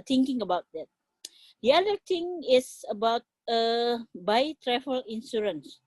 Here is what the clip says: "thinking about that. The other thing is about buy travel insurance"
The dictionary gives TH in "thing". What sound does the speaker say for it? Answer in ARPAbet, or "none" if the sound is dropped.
T